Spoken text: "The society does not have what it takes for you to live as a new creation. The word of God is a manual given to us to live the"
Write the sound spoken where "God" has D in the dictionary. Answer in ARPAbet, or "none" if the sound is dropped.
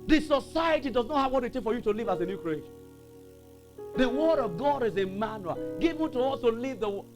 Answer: D